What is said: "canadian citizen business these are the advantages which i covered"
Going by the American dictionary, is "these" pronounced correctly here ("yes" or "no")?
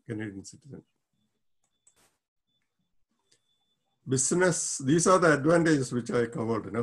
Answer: no